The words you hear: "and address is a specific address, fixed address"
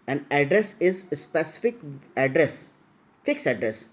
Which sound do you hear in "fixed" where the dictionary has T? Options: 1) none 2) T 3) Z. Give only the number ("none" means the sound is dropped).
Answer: 1